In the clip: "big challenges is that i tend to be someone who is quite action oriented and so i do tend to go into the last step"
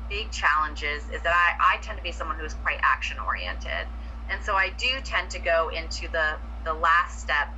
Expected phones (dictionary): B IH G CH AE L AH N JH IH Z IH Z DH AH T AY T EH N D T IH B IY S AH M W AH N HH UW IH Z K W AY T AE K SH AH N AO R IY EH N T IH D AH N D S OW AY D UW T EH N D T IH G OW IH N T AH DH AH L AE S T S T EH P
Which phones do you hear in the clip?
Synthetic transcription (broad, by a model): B IH G CH AE L AH N JH IH Z IH Z DH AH T AY T EH N T IH B IY S AH M W AH N HH UW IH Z K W AY T AE K SH AH N AO R IY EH N T IH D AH N S OW AY D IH T EH N T IH G OW IH N T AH DH AH L AE S T S T EH P